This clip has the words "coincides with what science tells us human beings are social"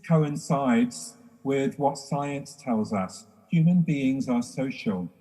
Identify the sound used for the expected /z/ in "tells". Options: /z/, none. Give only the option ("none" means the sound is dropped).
/z/